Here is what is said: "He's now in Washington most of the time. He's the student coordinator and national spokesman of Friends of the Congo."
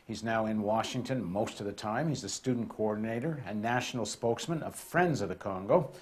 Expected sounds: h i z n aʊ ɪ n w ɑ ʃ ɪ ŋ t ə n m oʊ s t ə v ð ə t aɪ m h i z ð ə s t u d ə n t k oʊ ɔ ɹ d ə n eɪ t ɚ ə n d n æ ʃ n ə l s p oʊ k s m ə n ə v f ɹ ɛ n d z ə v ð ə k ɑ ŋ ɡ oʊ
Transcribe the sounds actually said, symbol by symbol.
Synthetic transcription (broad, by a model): h i z n aʊ ɪ n w ɑ ʃ ɪ ŋ t ə n m oʊ s t ə v ð ə t aɪ m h i z ð ə s t u d n k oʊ ɔ ɹ d n eɪ t ɚ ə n n æ ʃ n l s p oʊ k s m ə n ə v f ɹ ɛ n d z ə v ð ə k ɑ ŋ ɡ oʊ